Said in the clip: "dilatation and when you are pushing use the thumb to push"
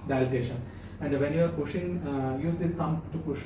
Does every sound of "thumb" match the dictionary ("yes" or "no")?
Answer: no